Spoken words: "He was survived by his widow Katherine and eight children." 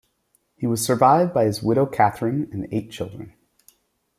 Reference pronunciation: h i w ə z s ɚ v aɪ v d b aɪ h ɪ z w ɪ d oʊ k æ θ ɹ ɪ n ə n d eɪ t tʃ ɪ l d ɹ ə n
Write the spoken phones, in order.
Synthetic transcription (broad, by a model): h i w ə z s ɚ v aɪ v d b aɪ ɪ z w ɪ d oʊ k æ θ ɹ ɪ n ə n eɪ t tʃ ɪ l d ɹ ə n